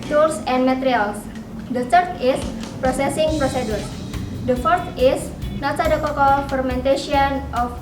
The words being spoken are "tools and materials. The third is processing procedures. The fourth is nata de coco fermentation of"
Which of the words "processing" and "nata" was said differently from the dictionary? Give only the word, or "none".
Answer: nata